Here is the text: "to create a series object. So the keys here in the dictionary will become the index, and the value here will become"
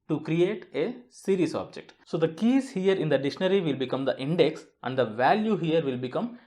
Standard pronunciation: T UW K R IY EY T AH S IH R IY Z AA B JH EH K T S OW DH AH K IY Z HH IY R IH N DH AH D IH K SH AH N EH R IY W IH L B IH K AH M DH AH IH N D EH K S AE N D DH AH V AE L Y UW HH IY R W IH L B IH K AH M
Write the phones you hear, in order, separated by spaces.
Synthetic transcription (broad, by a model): T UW K R IY EY T AH S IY R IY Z AA B JH EH K T S OW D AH K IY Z HH IY R IH N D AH D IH SH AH N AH R IY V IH L B IH K AH M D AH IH N D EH K S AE N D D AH V AE L Y UW HH IY R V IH L B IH K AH M